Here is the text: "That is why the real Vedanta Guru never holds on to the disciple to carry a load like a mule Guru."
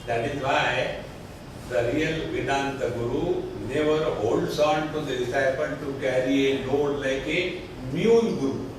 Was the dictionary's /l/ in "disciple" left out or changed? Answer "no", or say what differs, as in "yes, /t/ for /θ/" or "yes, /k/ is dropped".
yes, /n/ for /l/